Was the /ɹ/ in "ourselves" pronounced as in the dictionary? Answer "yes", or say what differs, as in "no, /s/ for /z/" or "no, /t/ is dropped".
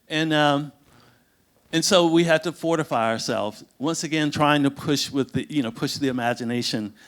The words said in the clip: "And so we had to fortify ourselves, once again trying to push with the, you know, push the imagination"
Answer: yes